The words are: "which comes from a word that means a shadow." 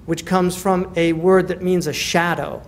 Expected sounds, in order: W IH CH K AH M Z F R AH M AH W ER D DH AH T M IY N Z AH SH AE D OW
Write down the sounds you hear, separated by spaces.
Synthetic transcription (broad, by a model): W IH CH K AH M Z F R AH M AH W ER D DH AH T M IY N Z AH SH AE D OW